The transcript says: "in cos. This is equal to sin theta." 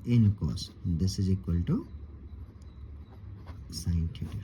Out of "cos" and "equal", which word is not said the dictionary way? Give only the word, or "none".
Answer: none